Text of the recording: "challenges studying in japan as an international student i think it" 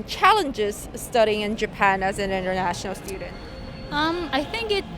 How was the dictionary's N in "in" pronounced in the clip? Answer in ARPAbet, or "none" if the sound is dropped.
N